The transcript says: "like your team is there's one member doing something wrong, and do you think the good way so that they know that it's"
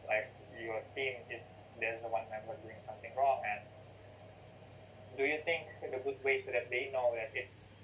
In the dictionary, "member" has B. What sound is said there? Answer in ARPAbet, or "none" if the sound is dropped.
none